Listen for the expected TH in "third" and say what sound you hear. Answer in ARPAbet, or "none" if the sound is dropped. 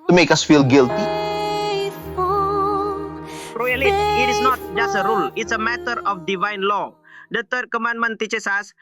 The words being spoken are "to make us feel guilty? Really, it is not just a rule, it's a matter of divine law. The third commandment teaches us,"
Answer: T